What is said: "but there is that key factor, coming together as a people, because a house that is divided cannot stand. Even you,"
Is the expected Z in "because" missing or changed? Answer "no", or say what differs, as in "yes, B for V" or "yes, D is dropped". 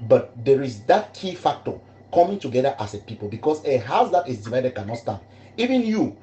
yes, S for Z